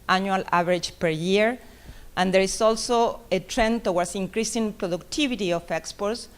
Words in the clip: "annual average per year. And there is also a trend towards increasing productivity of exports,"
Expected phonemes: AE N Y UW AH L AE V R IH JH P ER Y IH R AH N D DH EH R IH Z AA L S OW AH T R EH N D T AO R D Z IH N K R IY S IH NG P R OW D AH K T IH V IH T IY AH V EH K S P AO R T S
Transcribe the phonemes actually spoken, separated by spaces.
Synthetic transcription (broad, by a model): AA N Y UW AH L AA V R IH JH P ER Y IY R AH N D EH R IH S AA L S OW AH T R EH N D T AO W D S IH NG K R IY S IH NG P R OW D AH K T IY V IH T IY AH F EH K S P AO R T S